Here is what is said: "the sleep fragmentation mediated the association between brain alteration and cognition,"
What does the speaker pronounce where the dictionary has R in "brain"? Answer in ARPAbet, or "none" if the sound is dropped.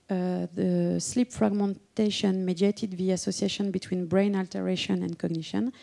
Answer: R